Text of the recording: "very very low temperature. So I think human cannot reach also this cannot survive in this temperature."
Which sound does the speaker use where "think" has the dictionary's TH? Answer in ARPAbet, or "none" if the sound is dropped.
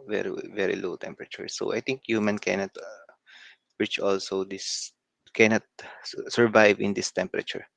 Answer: T